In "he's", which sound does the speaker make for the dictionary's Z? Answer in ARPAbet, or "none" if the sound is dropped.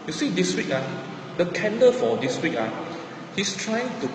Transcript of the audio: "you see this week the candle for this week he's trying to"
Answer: S